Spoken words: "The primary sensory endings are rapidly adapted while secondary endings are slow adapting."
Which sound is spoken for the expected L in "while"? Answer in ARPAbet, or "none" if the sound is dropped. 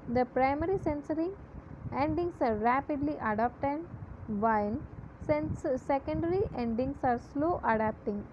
N